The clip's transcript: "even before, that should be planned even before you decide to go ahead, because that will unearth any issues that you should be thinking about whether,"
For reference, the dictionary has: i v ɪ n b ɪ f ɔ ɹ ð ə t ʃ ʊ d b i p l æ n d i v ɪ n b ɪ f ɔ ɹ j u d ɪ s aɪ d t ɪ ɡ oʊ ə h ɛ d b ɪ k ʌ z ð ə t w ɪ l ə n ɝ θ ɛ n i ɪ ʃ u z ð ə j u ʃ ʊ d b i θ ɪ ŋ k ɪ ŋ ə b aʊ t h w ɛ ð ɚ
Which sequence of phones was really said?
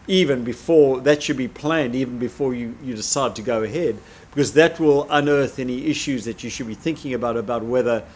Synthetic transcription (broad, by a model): i v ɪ n b ɪ f ɔ ɹ ð ə t ʃ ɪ d b i p l æ n d i v n b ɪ f ɔ ɹ j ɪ d ɪ s aɪ d t ɪ ɡ oʊ ə h ɛ d b ɪ k ʌ z ð ə t w ɪ l ə n ɝ θ ɛ n i ɪ ʃ u z ð ə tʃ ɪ ʃ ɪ d b i θ ɪ ŋ k ɪ ŋ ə b aʊ t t w ɛ ð ɚ